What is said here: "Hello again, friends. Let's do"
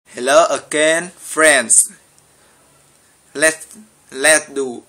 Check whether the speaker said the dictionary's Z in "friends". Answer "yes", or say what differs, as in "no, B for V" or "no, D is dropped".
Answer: no, S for Z